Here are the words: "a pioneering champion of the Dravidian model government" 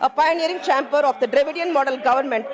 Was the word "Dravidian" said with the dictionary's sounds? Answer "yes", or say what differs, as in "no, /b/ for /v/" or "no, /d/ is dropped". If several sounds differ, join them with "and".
yes